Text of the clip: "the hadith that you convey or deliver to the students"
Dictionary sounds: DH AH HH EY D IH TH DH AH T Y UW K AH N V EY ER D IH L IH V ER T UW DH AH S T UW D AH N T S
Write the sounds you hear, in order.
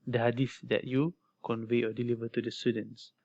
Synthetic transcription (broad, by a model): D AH HH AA D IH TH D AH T Y UW K AH N V EY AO D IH L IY V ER T UW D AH S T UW D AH N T S